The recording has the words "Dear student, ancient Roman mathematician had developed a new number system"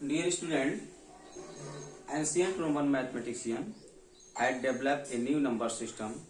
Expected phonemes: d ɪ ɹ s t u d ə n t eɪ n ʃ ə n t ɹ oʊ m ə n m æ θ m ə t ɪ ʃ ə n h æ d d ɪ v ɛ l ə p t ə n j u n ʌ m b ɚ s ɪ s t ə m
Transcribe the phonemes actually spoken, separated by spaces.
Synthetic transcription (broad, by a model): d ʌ ɹ s t u d ə n t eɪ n s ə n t ɹ oʊ m ə n m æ t m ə t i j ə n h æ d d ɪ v l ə p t ə n j u n ʌ m b ɚ s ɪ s t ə m